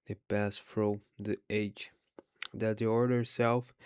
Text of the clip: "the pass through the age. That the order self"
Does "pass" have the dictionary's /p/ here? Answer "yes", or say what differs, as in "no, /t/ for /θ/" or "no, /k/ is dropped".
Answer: yes